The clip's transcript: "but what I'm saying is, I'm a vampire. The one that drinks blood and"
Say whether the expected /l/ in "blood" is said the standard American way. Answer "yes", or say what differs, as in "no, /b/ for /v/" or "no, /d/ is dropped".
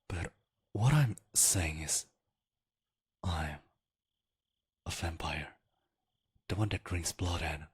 yes